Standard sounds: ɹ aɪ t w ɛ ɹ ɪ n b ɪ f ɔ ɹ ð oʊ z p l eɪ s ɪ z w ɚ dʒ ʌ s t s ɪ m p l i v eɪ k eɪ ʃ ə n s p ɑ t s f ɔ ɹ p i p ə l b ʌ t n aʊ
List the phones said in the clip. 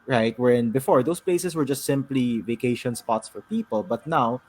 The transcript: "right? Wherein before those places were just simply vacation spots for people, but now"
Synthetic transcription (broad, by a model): ɹ aɪ t w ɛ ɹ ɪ n b ɪ f ɔ ɹ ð oʊ s p l eɪ s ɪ s w ɚ dʒ ʌ s t s ɪ m p l i v eɪ k eɪ ʃ ə n s p ɑ t s f ɔ ɹ p i p ə l b ʌ t n aʊ